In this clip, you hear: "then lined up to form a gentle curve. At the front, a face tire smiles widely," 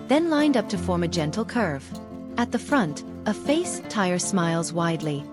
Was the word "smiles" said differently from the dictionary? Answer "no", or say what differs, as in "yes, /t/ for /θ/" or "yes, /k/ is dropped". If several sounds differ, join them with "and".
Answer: no